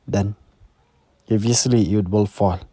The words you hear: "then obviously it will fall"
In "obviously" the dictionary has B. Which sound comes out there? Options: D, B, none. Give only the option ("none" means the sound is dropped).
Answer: none